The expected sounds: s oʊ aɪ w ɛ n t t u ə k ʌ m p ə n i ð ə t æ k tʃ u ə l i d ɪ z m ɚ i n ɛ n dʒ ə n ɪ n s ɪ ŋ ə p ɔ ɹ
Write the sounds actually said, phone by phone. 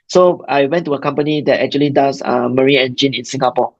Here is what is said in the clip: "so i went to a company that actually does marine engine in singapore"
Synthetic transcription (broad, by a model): s oʊ aɪ w ɛ n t t u ə k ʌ m p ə n i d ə t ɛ k tʃ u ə l i d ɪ s m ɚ i ɛ n dʒ ə n ɪ n s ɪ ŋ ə p ɔ